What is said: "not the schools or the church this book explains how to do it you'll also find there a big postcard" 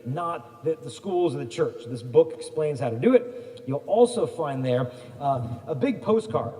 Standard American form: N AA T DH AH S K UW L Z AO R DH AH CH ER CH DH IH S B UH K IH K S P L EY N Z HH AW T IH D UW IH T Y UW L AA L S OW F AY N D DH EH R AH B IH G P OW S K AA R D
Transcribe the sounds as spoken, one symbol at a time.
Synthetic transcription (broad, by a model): N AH T DH AH S K UW L Z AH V DH AH CH ER CH DH IH S B UH K IH K S P L EY N Z HH AW T IH D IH IH T Y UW L AA L S OW F AY N DH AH R AH B IH G P OW S K AA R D